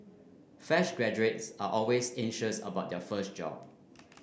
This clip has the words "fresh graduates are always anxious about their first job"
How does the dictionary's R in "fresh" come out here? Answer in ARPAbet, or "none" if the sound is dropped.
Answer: none